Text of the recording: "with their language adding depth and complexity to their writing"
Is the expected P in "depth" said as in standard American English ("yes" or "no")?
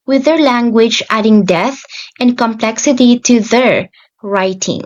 no